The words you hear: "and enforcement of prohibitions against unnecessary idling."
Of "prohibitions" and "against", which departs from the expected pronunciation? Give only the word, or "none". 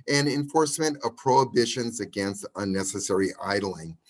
none